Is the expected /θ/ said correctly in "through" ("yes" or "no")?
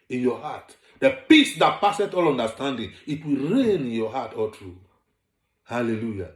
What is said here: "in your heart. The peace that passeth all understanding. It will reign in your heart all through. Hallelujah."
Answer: no